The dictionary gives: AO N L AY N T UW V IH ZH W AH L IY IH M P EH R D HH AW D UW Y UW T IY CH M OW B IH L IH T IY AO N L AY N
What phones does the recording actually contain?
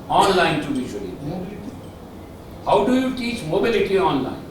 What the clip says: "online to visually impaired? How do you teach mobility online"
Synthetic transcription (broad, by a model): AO N L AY N T UW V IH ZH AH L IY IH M B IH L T HH AW D UW Y UW T IY CH M OW B IH L IH T IY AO N L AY N